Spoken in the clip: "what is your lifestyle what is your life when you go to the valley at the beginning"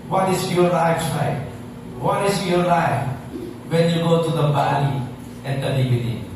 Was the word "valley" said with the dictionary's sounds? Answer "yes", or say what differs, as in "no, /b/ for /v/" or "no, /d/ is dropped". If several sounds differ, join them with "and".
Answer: no, /b/ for /v/